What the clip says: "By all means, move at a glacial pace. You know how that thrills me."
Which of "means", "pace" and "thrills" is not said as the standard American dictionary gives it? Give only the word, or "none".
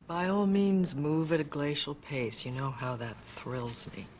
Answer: none